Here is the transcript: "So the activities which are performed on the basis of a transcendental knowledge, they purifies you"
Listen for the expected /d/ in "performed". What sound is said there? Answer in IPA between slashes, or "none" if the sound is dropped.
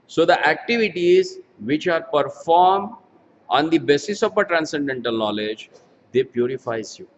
/d/